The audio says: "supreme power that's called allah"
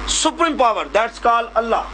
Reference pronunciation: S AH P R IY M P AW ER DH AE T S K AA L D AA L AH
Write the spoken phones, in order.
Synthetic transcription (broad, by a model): S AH P R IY M P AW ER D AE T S K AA L AH L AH